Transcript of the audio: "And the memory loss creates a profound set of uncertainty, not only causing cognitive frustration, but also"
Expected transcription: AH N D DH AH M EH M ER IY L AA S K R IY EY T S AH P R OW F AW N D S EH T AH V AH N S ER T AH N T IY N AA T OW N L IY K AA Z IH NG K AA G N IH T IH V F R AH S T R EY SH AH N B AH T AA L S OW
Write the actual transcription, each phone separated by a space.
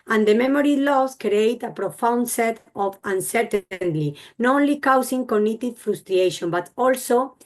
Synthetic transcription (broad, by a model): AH N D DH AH M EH M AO IY L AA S K R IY EY T AH P R OW F AW N D S EH T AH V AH N S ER T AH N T IY N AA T OW N L IY K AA S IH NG K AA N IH T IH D F R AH S T R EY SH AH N B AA T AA L S OW